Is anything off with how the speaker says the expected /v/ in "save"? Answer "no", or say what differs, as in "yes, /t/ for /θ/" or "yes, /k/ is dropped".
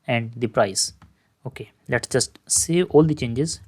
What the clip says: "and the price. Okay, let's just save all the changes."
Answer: yes, /v/ is dropped